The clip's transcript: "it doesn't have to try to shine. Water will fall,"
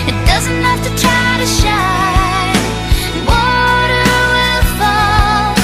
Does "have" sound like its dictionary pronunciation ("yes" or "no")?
no